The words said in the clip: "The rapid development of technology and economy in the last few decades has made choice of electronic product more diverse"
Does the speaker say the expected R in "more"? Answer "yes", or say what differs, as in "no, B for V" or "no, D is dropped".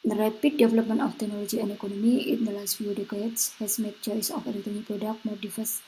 yes